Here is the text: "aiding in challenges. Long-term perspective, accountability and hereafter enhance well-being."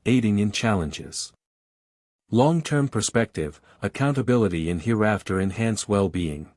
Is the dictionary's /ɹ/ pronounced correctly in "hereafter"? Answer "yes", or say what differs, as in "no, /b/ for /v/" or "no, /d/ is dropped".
yes